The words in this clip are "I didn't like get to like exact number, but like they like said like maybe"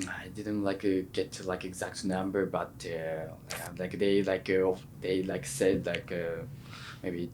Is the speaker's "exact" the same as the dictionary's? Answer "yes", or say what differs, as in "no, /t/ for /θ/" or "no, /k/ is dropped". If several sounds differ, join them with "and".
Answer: yes